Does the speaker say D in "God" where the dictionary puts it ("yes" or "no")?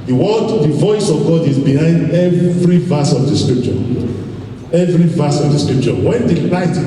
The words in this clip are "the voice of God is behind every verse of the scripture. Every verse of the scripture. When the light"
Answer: yes